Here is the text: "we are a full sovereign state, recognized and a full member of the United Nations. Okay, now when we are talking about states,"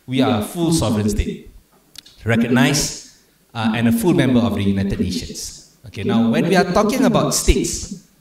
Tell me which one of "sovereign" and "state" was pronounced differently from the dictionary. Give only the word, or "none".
none